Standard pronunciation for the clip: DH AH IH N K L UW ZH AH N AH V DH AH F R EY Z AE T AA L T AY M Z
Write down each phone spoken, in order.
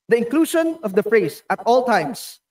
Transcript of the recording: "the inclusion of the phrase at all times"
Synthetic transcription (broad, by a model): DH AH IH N K L UW SH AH N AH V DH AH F R EY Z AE T AA L T AY M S